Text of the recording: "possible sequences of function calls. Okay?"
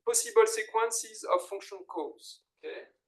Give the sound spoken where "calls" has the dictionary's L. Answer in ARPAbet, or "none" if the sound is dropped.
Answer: none